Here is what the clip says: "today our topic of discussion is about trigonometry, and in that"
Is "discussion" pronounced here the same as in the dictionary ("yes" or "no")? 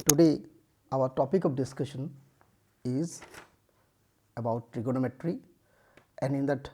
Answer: yes